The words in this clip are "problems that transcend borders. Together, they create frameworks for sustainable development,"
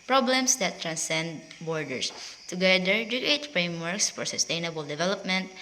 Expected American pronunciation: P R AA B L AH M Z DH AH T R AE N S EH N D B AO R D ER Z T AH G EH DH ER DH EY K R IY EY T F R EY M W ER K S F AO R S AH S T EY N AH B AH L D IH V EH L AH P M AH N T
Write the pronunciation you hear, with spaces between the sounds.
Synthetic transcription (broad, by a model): P R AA B L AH M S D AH T R AE N S EH N D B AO R D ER S T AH G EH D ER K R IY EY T F R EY M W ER K S F AO R S AH S T EY N AH B AH L D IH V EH L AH P M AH N T